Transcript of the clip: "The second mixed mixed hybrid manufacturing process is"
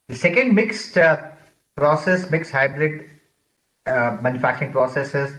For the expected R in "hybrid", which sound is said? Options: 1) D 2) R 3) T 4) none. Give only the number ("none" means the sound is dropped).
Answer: 2